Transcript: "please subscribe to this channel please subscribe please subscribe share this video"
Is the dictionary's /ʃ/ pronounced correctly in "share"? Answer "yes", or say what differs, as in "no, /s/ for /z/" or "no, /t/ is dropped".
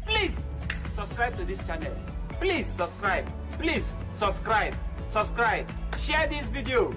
no, /s/ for /ʃ/